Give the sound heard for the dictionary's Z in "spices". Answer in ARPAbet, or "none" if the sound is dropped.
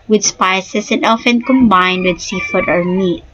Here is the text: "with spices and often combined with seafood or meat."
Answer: S